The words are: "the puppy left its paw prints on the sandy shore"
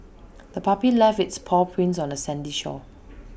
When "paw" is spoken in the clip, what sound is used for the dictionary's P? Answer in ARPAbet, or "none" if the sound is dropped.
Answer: P